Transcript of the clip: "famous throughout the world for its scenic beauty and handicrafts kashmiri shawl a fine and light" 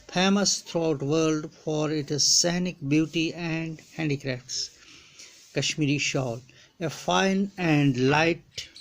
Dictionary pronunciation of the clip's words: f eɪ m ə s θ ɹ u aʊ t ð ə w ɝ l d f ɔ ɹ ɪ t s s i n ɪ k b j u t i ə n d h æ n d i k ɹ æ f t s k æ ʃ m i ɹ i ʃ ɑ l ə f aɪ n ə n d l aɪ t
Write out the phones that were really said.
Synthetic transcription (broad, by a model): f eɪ m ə s t ɹ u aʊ t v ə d l d f ɔ ɹ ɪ t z s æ n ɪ k b j u t i ə n d h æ n d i k ɹ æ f t s k æ ʃ m i ɹ i ʃ ɑ l ə f aɪ n ə n d l aɪ t